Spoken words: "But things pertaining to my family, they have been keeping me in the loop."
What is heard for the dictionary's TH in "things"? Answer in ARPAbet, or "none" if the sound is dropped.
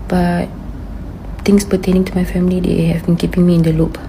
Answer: T